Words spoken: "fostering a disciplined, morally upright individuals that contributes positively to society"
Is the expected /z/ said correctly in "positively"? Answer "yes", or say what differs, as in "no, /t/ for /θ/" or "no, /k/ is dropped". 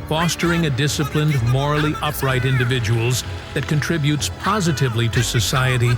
yes